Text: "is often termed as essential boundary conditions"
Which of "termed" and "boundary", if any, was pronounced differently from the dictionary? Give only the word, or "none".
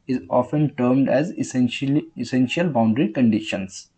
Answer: none